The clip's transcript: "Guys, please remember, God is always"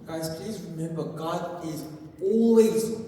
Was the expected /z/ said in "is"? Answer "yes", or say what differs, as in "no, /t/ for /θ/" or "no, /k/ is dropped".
yes